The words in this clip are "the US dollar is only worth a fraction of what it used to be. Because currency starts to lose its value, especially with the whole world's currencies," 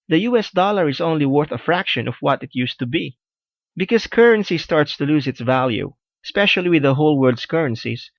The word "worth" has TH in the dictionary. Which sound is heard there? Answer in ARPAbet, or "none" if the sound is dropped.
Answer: TH